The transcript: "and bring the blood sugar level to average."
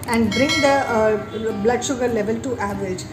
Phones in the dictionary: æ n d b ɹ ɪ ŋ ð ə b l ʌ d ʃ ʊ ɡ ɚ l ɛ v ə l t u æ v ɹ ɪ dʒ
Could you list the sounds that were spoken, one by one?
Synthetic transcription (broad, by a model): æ n d b ɹ ɪ ŋ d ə b l ʌ d ʃ ʊ ɡ ɚ l ɛ v ə l t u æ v ɹ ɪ dʒ